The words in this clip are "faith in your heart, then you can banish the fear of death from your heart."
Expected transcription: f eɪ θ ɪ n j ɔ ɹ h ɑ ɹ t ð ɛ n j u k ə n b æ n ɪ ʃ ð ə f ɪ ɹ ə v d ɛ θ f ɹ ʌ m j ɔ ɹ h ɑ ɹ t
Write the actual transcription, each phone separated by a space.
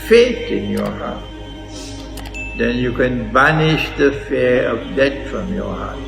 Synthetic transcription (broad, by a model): f eɪ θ ɪ n j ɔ h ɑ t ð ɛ n j u k ə n b æ n ɪ ʃ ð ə f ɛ ə v d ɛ t f ɹ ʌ m j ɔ h ɑ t